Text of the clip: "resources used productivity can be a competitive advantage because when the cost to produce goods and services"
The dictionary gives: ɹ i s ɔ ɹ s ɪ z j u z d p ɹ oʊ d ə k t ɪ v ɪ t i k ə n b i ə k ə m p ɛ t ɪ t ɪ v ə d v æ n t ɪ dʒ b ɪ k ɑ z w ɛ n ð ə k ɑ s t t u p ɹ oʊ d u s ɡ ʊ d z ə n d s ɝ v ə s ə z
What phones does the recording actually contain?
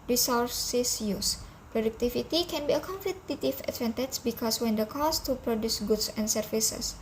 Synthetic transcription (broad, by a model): ɹ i s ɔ ɹ s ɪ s j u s p ɹ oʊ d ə k t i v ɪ t i k ə n b i ə k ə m f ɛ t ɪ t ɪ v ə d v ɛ n t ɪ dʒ b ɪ k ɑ s w ɛ n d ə k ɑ s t t u p ɹ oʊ d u s ɡ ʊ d s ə n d s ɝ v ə s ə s